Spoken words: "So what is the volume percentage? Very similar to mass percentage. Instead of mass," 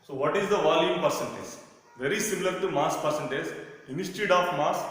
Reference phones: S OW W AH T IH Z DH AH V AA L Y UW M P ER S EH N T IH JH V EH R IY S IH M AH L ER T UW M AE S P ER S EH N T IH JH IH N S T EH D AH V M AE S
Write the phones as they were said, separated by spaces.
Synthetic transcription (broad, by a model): S OW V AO T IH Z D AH V AA L Y UW M P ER S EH N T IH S V EH R IY S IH M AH L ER T UW M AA S P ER S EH N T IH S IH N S T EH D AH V M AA S